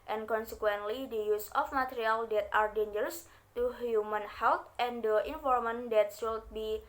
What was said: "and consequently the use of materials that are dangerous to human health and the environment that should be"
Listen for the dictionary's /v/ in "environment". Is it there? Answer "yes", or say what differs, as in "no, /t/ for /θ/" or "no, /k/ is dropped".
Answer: no, /f/ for /v/